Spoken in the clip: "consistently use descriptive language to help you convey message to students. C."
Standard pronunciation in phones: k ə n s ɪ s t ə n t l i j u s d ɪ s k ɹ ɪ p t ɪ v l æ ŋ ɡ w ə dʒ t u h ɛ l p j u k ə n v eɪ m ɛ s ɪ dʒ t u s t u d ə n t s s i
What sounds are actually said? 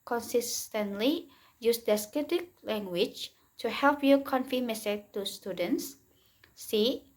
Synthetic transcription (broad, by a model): k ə n s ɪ s t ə n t l i j u s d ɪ s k ɪ t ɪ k l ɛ ŋ ɡ w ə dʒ t u h ɛ l p j u k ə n f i m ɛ s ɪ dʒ t u s t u d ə n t s s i